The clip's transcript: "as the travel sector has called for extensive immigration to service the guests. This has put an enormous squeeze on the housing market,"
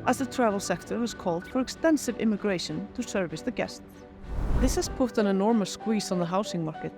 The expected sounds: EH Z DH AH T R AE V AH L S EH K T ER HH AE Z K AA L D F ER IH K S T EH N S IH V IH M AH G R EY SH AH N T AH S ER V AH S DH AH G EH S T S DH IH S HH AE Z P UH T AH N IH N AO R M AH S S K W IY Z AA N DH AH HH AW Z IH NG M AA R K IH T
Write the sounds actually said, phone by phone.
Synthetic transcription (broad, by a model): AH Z DH AH T R AE V AH L S EH K T ER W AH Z K AA L D F ER IH K S T EH N S IH V IH M AH G R EY SH AH N T AH S ER V AH S DH AH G EH S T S DH IH S HH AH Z P UH T AH N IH N AO R M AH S S K W IY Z N DH AH HH AW S IH NG M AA R K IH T